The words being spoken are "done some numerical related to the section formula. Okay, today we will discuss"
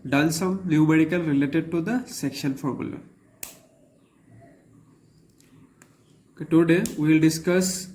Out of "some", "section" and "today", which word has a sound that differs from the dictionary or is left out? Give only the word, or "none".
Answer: none